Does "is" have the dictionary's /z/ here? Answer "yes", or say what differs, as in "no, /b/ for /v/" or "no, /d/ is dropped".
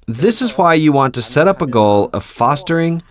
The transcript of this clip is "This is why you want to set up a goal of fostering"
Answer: yes